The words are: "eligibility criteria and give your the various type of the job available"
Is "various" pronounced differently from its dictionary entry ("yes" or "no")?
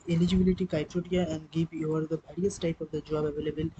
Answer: yes